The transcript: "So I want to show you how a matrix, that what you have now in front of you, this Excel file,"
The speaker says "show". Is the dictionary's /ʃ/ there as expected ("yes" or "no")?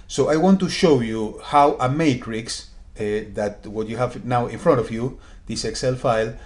yes